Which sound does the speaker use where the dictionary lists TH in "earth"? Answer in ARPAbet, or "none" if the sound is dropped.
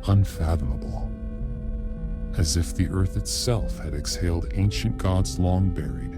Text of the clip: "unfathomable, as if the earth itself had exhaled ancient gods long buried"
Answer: TH